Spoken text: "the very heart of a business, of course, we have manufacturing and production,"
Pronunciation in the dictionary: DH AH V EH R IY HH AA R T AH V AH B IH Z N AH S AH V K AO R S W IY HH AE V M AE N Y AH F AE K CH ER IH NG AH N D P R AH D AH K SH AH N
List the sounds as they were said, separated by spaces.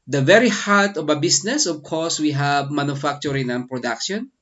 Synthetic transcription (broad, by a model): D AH V EH R IY HH AA R T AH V AH B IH S N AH S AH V K AO R S W IY HH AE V M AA N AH F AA K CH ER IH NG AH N P R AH D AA K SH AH N